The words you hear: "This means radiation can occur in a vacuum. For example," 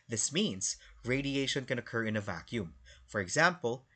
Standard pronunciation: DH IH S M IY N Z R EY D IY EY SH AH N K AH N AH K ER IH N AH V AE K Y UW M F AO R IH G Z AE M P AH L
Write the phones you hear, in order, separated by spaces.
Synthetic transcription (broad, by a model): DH IH S M IY N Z R EY D IY EY SH AH N K AH N AH K ER IH N AH V AE K Y UW M F AO R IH G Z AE M P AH L